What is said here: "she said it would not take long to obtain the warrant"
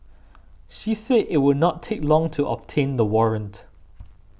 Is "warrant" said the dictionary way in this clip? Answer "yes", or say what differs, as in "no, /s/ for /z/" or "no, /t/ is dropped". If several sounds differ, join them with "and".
yes